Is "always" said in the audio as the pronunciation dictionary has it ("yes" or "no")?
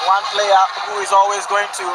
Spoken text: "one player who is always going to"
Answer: yes